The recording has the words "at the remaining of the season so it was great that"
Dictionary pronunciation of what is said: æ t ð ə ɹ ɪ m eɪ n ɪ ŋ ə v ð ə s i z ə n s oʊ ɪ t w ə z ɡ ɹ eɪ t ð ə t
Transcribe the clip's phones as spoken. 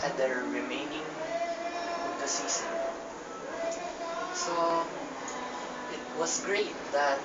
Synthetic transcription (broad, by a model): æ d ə ɹ ɪ m eɪ n ɪ ŋ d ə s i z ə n s oʊ ɪ t w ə s ɡ ɹ eɪ t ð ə t